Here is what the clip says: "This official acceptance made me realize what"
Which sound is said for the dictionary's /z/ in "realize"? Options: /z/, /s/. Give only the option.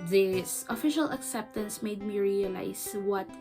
/s/